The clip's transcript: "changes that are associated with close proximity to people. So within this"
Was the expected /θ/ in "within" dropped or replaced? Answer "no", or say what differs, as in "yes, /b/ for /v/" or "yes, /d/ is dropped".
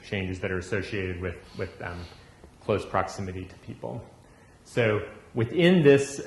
no